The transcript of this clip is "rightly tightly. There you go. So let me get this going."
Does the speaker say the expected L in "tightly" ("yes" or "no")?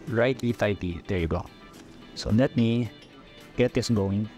no